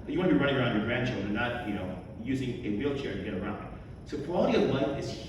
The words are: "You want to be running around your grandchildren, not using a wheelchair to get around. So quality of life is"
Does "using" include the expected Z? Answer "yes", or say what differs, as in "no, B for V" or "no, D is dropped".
yes